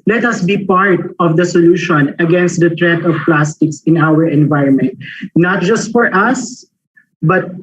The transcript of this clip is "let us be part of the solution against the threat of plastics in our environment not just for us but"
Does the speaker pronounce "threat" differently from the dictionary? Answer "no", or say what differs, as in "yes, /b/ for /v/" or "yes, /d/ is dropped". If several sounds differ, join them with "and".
yes, /t/ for /θ/